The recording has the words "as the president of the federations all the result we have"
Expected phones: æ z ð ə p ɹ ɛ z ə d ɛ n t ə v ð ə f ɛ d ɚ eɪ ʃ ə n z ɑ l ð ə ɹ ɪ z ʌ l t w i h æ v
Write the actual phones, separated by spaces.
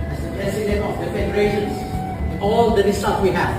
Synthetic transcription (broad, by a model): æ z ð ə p ɹ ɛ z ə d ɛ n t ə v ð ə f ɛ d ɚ eɪ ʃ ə n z ɑ l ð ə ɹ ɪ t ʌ t w i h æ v